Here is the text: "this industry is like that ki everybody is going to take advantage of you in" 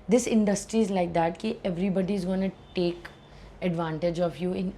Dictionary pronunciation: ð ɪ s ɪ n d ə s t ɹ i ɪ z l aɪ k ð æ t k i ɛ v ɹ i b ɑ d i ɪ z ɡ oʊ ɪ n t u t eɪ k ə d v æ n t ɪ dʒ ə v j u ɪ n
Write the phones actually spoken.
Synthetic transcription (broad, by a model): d ɪ s ɪ n d ə s t ɹ i ɪ z l aɪ k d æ t k i ɛ v ɹ i b ɑ d i ɪ z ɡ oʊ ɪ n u t eɪ k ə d v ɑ n t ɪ dʒ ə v j u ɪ n